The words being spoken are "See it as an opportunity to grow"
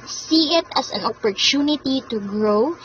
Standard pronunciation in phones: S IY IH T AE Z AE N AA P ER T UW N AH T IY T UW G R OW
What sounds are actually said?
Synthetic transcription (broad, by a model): S IY IH T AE S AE N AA P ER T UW N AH T IY T UW G R OW